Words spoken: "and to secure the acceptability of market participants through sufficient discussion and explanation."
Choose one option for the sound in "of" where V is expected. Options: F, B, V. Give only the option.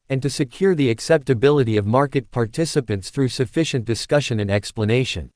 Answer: V